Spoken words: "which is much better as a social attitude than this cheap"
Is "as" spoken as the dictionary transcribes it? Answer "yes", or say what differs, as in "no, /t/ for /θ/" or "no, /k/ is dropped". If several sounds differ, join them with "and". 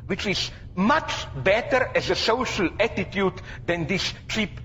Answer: yes